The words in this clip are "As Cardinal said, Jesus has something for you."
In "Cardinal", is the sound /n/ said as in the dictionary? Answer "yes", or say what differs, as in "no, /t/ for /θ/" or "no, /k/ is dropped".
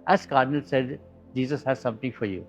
yes